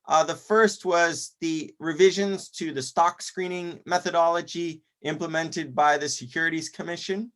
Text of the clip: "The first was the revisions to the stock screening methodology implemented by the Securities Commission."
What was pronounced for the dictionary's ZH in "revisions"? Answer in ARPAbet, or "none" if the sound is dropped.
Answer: ZH